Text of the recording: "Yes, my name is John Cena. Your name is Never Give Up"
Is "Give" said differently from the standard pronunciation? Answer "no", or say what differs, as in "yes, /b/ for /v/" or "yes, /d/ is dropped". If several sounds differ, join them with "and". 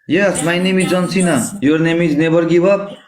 yes, /b/ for /v/